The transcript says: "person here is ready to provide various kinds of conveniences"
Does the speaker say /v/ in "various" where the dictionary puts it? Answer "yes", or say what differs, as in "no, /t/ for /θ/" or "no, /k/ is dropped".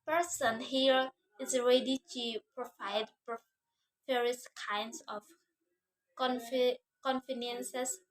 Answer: no, /p/ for /v/